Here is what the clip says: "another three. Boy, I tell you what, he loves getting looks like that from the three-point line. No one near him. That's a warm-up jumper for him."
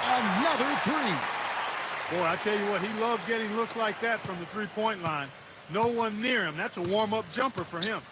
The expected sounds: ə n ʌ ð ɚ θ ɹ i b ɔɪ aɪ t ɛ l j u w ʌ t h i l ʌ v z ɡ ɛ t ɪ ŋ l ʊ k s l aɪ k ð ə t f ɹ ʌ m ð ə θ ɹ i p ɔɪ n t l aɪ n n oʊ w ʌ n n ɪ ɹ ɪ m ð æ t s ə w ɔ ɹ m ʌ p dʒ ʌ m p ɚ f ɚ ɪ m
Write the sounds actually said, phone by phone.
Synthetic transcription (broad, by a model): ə n ʌ ð ɚ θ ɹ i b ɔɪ aɪ t ɛ l j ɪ w ʌ t h i l ʌ v z ɡ ɛ t ɪ ŋ l ʊ k s l aɪ k ð ə t f ɹ ʌ m ð ə θ ɹ i p ɔɪ n t l aɪ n n oʊ w ʌ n n ɪ ɹ ɪ m ð æ t s ə w ɔ ɹ m ʌ p dʒ ʌ m p ɚ f ɚ ɪ m